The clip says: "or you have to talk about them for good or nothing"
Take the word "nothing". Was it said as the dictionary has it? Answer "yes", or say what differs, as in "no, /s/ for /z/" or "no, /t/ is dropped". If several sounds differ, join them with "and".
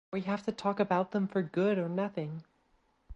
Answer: yes